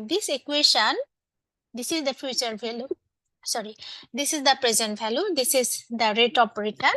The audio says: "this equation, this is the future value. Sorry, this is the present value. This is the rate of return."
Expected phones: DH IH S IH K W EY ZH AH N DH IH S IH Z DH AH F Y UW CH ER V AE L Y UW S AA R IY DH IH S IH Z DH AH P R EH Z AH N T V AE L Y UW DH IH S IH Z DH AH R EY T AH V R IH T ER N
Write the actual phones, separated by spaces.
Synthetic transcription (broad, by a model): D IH S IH K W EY SH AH N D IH S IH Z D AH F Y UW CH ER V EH L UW S AA R IY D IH S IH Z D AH P R EH Z AH N T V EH L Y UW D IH S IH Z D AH R EY T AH P R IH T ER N